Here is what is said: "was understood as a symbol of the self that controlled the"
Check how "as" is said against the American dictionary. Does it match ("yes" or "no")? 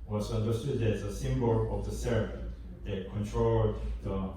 no